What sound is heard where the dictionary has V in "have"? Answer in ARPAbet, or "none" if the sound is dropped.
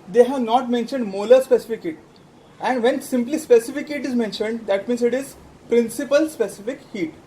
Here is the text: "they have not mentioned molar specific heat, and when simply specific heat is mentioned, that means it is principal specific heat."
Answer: V